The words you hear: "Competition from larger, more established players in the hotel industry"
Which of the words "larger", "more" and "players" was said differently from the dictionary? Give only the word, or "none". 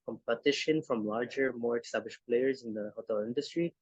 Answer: none